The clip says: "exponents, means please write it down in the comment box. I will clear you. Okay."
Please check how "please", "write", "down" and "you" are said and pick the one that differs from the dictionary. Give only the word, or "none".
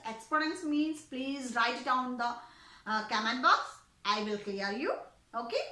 down